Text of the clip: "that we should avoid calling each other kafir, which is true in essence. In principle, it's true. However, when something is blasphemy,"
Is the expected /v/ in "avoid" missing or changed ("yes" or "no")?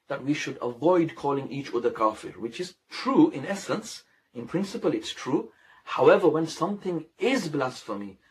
no